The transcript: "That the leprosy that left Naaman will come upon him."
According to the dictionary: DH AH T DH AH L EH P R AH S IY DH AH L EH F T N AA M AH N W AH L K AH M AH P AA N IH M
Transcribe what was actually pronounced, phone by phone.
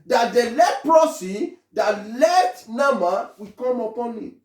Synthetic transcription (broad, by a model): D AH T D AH L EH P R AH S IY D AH L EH T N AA M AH W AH K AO M AH P AA N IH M